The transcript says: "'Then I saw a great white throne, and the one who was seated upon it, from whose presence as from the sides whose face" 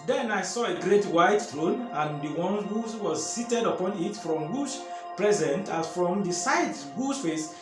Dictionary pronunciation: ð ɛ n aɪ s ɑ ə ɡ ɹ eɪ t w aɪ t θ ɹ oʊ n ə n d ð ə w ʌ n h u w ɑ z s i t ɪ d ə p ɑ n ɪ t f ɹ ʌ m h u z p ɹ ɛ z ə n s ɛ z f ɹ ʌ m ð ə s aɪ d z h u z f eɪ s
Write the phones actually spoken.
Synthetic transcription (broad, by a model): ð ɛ n aɪ s ɑ ə ɡ ɹ eɪ t w aɪ t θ ɹ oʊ n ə n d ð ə w ʌ n h u w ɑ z s i t ɪ d ə p ɑ n ɪ t f ɹ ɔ m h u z p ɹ ɛ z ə n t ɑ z f ɹ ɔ m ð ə s aɪ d h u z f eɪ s